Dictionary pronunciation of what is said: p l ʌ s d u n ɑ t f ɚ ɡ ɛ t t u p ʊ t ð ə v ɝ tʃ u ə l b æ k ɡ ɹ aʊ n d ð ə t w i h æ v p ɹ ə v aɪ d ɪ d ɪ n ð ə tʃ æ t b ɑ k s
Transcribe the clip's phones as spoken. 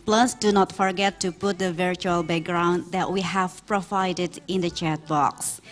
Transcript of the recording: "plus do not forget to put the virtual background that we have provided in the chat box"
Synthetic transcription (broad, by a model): p l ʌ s d u n ɑ t f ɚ ɡ ɛ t t u p ʊ t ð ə v ɝ tʃ u ə l b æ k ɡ ɹ aʊ n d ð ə t w i h æ v p ɹ ə v aɪ d ɪ d ɪ n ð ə tʃ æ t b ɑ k s